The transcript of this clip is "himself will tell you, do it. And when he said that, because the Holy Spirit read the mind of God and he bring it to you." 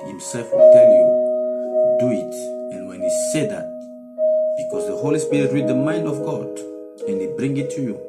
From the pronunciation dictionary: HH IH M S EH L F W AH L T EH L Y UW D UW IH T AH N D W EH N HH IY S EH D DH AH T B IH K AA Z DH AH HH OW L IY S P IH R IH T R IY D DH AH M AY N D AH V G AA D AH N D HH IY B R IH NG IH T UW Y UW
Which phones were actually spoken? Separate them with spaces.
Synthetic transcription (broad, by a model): HH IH M S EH L F W AH L T EH L Y UW D UW IH T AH N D W EH N HH IY S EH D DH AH T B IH K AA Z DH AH HH OW L IY S P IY R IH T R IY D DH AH M AY N D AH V G AA D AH N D HH IY B R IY NG IH T UW Y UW